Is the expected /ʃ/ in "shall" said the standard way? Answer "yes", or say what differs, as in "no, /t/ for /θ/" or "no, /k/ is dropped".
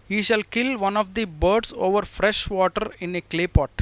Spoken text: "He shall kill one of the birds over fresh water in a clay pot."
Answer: yes